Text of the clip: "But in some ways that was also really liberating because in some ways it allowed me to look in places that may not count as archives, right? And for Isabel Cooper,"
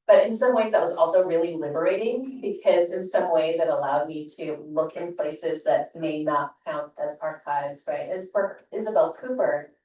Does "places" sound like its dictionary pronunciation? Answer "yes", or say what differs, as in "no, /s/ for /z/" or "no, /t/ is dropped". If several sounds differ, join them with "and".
yes